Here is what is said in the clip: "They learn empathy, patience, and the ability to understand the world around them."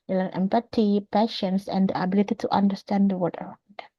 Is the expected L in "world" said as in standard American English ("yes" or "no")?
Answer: no